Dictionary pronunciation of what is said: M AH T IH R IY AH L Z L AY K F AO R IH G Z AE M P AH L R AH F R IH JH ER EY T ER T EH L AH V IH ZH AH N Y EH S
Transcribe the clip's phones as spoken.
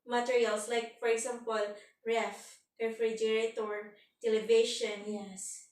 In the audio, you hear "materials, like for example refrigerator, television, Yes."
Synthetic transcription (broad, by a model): M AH T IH R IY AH L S L AY K F AO R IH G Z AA M P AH L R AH F R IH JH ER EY T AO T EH L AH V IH SH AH N Y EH S